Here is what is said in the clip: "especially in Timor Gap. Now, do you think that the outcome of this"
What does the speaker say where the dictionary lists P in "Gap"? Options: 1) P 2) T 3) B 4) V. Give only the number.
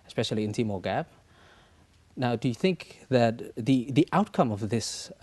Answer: 3